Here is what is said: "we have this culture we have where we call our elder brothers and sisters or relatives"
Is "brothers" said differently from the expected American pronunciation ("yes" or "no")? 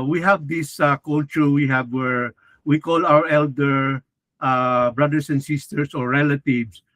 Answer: yes